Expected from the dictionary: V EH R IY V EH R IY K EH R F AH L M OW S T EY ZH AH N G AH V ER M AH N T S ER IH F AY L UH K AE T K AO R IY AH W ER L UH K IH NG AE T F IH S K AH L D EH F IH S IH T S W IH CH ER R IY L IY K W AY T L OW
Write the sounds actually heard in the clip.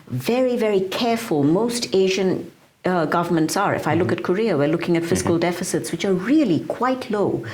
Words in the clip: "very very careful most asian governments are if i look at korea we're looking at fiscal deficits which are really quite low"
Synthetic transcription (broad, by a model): V EH R IY V EH R IY K EH R F AH L M OW S T EY ZH AH N G AH V ER M AH N T S ER IH F AY L UH K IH T K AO R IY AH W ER L UH K IH NG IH T F IH S K AH L D EH F IH S IH T S W IH CH ER R IY L IY K W AY T L OW